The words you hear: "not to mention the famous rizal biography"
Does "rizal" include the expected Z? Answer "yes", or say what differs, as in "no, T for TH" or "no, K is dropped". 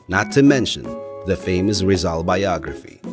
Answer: yes